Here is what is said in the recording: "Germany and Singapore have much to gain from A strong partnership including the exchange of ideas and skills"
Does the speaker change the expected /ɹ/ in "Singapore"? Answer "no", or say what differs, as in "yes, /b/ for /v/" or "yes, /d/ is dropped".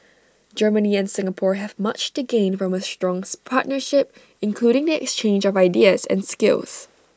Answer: no